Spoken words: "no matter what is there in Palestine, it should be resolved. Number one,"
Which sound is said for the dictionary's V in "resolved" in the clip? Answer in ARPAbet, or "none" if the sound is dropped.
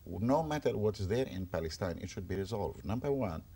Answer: V